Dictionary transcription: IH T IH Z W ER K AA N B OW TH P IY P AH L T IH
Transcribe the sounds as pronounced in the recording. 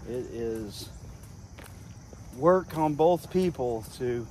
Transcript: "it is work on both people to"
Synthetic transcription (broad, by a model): IH T IH Z W ER K N B OW TH P IY P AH L T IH